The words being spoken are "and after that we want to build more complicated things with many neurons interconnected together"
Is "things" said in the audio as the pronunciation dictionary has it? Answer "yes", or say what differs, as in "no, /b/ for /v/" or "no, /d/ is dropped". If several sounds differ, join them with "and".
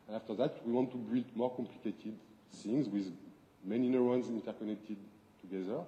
no, /s/ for /θ/